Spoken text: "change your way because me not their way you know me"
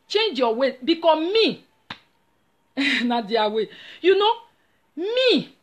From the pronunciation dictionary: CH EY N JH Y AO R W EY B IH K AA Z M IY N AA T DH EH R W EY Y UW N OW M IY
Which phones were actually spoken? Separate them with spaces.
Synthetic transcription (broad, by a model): CH EY N JH Y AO W EY B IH K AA M IY N AA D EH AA W EY Y UW N OW M IY